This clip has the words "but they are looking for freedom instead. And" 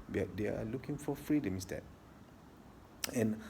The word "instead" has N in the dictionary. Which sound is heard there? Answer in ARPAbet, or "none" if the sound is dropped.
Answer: none